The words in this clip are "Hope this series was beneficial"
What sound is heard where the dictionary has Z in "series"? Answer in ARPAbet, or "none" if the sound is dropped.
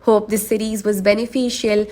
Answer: Z